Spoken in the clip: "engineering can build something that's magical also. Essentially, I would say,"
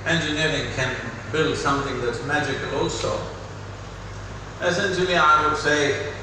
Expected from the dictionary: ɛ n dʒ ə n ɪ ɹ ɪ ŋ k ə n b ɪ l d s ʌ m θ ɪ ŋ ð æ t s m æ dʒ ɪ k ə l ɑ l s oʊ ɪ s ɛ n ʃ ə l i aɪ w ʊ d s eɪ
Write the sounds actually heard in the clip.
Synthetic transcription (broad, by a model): ɛ n dʒ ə n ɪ ɹ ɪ ŋ k ə n b ɪ l d s ʌ m θ ɪ ŋ ð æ t s m æ dʒ ɪ k ə l ɑ l s oʊ ɪ s ɛ n ʃ ə l i aɪ w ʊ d s eɪ